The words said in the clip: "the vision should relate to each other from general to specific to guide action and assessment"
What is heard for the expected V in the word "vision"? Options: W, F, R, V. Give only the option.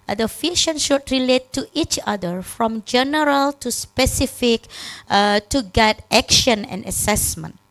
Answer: F